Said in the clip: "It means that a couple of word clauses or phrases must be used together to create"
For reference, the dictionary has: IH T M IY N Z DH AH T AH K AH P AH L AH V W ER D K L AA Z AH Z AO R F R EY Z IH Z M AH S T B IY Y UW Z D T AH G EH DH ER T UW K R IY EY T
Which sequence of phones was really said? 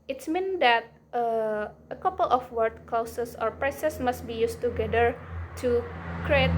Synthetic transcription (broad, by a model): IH T M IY N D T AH T AH K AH P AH L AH F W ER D K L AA S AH S AO R P R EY S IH S M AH S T B IY Y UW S T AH G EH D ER T UW K R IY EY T